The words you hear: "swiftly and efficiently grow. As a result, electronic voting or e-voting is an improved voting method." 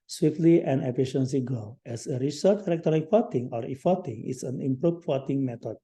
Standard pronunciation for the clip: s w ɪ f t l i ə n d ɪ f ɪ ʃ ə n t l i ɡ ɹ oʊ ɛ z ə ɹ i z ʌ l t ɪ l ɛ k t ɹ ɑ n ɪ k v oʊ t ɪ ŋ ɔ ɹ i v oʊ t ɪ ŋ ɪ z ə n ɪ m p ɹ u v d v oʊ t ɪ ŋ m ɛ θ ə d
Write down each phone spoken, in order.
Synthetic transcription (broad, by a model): s w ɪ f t l i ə n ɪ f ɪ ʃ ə n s i ɡ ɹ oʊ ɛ s ə ɹ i s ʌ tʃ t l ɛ k t ɑ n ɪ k f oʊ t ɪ ŋ ɔ ɹ i f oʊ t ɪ ŋ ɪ s ə n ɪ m p ɹ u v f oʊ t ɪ ŋ m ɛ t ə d